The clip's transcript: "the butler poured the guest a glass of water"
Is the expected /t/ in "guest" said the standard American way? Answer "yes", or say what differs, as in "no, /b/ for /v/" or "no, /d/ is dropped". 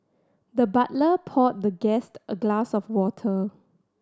yes